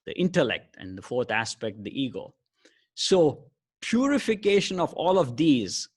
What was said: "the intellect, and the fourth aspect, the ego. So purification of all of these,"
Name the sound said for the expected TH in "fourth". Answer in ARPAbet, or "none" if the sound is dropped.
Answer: T